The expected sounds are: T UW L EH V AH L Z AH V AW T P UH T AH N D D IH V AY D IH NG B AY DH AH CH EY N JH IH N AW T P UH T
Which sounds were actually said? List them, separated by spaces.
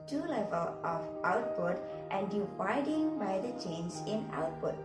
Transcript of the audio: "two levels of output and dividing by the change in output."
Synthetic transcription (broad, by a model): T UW L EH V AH L AH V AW T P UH T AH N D D IH V AY D IH NG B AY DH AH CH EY N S IH N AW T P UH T